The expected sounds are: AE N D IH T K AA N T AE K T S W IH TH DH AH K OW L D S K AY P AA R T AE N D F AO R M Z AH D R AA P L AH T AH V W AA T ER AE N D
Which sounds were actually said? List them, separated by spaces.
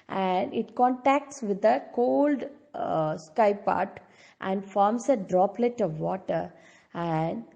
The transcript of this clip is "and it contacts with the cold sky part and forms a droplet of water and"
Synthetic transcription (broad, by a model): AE N D IH T K AA N T AE K T S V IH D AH K OW L D S K AY P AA R T AE N D F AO R M S AH D R AA P L AH T AH V AA T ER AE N D